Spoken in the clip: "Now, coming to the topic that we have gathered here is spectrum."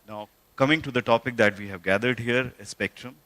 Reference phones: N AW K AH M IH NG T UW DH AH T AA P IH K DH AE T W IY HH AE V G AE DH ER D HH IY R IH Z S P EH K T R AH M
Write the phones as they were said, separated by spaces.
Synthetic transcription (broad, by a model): N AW K AH M IH NG T UW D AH T AA P IH K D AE T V IY HH AE V G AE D ER D HH IY R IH S P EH K T R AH M